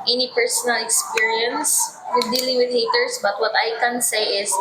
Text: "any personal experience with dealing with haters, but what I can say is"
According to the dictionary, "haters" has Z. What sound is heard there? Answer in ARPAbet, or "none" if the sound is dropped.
S